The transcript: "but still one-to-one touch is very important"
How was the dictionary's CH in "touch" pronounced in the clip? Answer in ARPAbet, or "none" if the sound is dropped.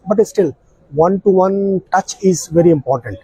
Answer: CH